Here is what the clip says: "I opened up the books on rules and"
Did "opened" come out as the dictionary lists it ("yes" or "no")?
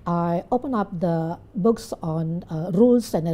no